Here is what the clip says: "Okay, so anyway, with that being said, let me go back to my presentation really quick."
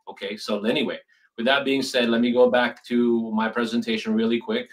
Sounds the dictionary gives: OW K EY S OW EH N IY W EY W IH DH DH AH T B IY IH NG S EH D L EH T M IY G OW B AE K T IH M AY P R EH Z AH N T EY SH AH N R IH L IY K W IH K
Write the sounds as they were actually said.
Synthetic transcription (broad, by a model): OW K EY S OW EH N IY W EY W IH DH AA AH T B IY IH NG S EH D L EH T M IY G OW B AE K T IH M AY P R EH Z AH N T EY SH AH N R IH L IY K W IH K